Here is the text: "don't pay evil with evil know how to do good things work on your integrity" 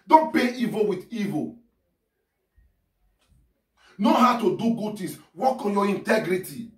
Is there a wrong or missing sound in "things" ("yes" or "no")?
yes